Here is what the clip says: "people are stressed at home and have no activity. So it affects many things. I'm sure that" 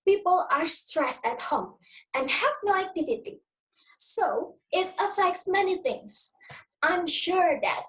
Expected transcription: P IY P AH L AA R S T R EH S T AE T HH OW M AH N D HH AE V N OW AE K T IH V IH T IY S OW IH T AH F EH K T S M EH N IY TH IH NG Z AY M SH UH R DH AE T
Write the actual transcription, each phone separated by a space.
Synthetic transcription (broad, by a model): P IY P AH L AA R S T R EH S T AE T HH OW M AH N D HH AE V N OW AE K T IH V IH T IY S OW IH T AH F EH K T S M EH N IY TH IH NG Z AY M SH UH R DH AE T